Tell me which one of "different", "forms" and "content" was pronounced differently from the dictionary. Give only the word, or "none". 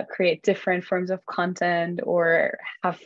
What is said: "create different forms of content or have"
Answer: none